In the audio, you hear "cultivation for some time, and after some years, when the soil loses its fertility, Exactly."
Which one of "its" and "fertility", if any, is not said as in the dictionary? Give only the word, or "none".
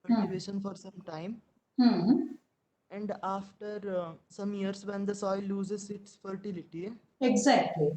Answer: none